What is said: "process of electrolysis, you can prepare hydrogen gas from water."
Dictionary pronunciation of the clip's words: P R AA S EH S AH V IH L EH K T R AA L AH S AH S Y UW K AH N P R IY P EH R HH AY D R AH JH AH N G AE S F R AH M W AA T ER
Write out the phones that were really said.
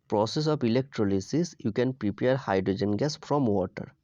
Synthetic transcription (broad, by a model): P R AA S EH S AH P IH L EH K T R AA L AH S AH S Y UW K AH N P R IY P EH R HH AY D R AH JH AH N G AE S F R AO M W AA T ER